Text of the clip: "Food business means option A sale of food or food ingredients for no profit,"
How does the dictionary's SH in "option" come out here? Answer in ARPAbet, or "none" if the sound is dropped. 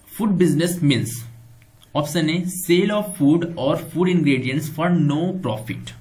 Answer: S